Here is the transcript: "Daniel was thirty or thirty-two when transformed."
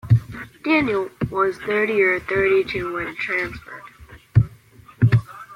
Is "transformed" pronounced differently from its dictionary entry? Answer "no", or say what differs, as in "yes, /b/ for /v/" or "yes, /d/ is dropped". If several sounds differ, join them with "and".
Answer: yes, /m/ is dropped